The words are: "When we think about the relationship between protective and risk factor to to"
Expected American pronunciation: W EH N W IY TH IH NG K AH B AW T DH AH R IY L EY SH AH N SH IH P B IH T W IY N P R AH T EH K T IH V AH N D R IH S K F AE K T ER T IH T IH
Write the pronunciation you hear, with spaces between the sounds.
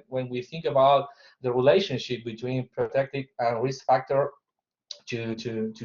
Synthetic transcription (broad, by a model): W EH N W IY TH IH NG K AH B AW T DH AH R IY L EY SH AH N SH IH P B IH T W IY N P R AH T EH K T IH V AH N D R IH S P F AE K T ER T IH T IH